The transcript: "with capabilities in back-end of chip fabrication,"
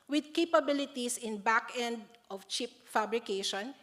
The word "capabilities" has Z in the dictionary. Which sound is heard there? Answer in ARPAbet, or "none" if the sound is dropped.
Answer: S